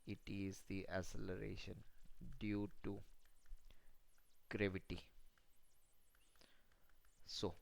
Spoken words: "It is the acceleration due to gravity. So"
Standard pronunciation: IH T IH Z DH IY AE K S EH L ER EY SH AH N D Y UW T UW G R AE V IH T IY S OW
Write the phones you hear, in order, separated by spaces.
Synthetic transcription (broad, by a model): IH T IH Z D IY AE S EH L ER EY SH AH N D Y UW T UW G R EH V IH T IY S OW